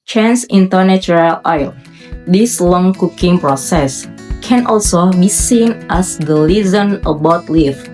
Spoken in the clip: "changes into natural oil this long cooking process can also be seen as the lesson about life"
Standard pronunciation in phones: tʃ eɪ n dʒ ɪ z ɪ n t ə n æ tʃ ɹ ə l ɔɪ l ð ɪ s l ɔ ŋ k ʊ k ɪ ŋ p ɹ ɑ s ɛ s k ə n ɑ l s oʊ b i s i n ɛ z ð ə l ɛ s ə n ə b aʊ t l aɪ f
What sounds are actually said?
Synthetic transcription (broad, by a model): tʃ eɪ n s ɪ ɪ n t ə n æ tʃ ɹ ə l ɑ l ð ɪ s l ɔ ŋ k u k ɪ ŋ p ɹ ɑ s ɛ s k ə n ɑ l s oʊ b i s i n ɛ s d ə l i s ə n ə b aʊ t l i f